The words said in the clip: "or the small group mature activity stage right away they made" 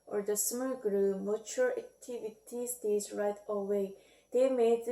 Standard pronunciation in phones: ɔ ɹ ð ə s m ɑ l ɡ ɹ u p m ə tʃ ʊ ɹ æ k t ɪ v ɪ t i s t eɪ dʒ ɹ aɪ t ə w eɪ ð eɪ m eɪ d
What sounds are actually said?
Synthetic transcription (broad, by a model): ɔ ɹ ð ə s m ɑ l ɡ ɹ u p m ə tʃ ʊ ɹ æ k t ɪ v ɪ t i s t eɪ z ɹ aɪ t ə w eɪ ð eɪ m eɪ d